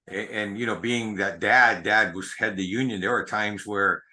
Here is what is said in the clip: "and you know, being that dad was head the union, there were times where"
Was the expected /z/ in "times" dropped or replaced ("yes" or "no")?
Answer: no